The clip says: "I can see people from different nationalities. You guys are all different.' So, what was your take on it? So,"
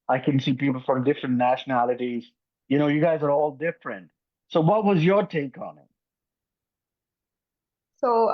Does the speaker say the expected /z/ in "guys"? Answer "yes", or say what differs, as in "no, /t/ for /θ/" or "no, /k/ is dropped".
yes